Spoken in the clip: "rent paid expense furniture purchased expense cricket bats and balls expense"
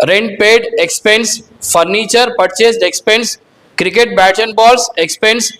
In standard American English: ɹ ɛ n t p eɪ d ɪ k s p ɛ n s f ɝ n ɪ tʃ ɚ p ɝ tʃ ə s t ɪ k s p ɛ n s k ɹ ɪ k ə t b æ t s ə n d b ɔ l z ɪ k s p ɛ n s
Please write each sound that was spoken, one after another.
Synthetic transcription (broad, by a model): ɹ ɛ n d p eɪ d ɪ k s p ɛ n s f ɝ n ɪ tʃ ɚ p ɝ tʃ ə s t ɪ k s p ɛ n s k ɹ ɪ k ə t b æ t ə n b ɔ l s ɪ k s p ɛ n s